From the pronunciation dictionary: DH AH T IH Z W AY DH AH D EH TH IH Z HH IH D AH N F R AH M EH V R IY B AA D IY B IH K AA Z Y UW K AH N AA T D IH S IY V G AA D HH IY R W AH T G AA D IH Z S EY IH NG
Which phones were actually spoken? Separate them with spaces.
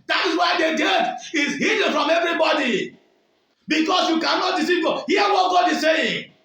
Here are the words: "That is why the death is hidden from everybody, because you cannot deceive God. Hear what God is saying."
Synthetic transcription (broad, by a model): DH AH T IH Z W AY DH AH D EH T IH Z HH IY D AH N F R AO M EH V R IY B AA D IY B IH K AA S Y UW K AH N AA T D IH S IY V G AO HH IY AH W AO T G AA D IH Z S EY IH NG